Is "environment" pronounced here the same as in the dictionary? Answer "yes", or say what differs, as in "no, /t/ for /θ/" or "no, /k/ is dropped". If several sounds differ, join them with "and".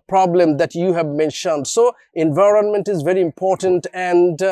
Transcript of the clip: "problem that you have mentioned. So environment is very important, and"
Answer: yes